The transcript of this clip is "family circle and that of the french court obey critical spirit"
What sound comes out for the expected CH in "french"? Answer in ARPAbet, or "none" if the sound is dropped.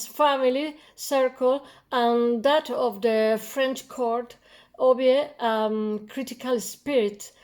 CH